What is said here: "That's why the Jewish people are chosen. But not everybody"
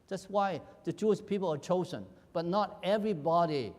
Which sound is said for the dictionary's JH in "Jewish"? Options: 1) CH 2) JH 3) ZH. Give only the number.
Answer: 1